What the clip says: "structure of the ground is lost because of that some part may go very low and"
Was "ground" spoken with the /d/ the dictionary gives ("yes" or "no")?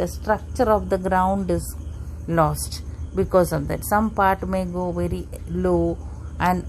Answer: yes